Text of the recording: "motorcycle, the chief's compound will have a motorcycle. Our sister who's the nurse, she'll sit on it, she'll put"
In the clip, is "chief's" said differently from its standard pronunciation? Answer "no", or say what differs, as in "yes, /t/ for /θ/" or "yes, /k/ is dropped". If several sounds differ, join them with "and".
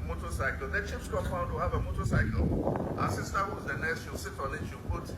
yes, /p/ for /f/